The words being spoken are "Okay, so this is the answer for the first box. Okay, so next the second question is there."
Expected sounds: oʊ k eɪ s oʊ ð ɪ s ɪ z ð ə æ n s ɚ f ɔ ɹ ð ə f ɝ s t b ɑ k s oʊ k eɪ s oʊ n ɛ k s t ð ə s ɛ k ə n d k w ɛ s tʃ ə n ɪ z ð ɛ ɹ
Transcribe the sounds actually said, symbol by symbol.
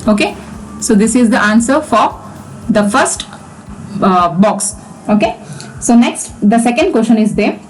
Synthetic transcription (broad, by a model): oʊ k eɪ s oʊ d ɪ s ɪ z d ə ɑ n s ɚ f ɔ ɹ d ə f ɝ s t b ɑ k s oʊ k eɪ s oʊ n ɛ k s t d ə s ɛ k ə n d k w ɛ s ʃ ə n ɪ z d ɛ ɹ